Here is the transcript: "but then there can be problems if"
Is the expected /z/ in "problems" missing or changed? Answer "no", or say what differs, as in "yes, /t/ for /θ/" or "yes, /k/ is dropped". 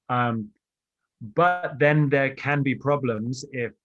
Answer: no